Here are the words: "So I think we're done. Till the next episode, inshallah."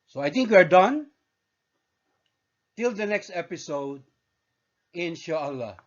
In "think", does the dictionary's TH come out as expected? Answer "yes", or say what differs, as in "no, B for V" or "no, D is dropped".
no, T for TH